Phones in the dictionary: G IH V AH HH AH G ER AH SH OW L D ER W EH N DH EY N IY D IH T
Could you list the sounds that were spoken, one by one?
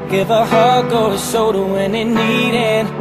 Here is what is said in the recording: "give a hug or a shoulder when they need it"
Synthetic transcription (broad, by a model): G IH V AH HH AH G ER AH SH OW D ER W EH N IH N IY D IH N